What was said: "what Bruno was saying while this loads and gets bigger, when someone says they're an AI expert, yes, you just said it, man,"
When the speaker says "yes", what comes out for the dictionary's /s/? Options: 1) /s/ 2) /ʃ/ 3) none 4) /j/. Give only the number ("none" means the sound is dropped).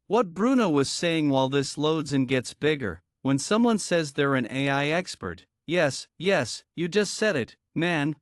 1